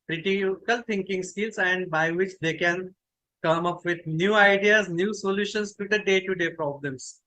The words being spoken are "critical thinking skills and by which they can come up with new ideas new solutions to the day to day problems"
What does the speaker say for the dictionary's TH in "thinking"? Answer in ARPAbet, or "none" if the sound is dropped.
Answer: T